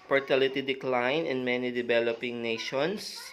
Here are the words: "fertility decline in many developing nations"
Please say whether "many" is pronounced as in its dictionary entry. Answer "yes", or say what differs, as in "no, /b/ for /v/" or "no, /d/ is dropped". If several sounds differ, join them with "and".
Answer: yes